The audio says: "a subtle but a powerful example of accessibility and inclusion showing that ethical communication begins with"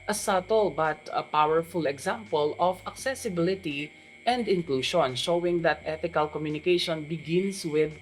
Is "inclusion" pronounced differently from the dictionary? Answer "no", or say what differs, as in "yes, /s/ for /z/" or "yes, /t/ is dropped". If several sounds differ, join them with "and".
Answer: yes, /ʃ/ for /ʒ/